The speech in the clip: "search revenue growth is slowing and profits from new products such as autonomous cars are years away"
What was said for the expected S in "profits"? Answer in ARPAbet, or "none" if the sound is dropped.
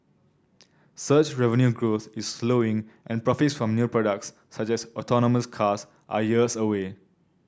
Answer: S